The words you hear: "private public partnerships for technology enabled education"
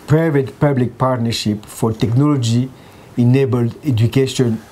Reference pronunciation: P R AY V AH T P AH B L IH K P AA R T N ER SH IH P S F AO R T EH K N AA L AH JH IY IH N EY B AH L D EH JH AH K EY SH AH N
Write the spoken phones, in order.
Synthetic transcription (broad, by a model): P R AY V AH T P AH B L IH K P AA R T N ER SH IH P F AO R T EH K N AA L AH JH IY IH N EY B AH L D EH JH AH K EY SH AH N